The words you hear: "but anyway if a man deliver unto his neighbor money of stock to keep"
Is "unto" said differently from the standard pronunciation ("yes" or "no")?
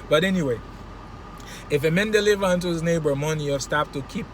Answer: no